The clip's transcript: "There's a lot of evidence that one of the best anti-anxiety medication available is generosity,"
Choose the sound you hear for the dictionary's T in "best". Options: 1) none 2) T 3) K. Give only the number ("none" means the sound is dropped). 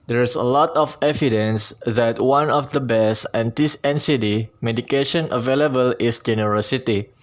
1